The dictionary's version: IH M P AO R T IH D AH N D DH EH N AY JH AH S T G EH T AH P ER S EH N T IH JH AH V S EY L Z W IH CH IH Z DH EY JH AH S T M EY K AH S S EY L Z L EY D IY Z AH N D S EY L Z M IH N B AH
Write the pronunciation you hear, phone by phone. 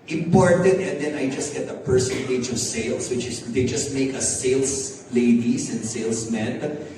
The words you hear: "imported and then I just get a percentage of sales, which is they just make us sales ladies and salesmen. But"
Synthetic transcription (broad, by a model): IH M P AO R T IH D AH N D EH N AY JH AH S T G EH T AH P ER S EH N T IH JH AH V S EY L S W IH CH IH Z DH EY JH AH S T M EY K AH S S EY L S L EY D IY S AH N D S EY L S M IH N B